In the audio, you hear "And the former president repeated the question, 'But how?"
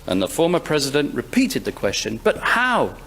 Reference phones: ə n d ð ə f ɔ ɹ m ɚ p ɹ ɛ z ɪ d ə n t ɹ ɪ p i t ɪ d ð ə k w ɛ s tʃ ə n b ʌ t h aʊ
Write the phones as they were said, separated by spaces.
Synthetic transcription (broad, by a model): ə n ð ə f ɔ ɹ m ɚ p ɹ ɛ z ɪ d ə n t ɹ ɪ p i t ɪ d ð ə k w ɛ s tʃ ə n b ʌ t h aʊ